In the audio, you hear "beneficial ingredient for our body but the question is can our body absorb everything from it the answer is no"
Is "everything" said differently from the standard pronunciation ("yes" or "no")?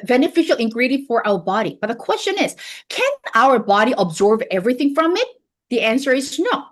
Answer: no